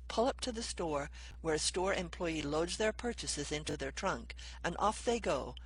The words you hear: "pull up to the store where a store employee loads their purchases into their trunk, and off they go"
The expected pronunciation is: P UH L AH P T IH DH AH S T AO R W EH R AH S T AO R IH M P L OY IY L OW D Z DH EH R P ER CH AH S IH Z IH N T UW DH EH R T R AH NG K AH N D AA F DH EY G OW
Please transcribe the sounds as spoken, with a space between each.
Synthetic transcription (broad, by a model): P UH L AH P T IH DH AH S T AO R W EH R S T AO R IH M P L OY IY L OW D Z DH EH R P ER CH AH S IH Z IH N T UW DH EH R T R AH NG K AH N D AA F DH EY G OW